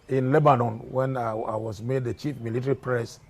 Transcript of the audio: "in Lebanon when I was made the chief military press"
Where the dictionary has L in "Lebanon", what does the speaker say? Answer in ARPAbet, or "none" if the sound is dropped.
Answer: L